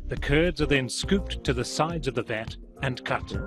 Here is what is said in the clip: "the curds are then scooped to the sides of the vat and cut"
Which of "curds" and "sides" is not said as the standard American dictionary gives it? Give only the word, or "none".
none